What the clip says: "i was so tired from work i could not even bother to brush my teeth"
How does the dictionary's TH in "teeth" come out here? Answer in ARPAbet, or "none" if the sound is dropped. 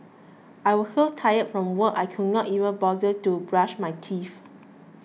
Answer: F